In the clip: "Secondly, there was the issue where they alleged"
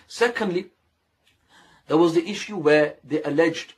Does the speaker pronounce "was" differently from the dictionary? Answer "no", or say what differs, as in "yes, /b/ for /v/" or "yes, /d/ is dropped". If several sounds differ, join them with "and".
no